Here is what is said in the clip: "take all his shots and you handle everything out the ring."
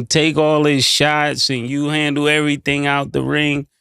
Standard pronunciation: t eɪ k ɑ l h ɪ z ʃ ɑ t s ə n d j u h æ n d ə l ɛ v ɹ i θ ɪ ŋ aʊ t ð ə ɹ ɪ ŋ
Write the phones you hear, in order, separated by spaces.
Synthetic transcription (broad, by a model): t eɪ k ɑ l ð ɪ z ʃ ɑ t s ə n j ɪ h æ n d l ɛ v ɹ i θ ɪ ŋ aʊ t ð ə ɹ ɪ ŋ